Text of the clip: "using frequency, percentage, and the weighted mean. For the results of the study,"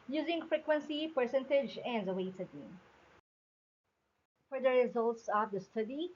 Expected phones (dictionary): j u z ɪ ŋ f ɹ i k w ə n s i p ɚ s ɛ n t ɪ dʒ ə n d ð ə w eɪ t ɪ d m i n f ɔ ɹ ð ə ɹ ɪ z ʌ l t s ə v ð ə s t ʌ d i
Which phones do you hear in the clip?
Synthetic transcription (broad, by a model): j u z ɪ ŋ f ɹ i k w ə n s i p ɚ s ɛ n t ɪ dʒ ə n d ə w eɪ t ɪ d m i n f ɔ ɹ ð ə ɹ ɪ z ʌ l t s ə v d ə s t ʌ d i